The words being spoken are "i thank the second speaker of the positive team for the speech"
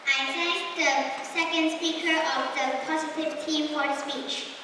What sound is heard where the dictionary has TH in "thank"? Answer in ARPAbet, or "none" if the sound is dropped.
T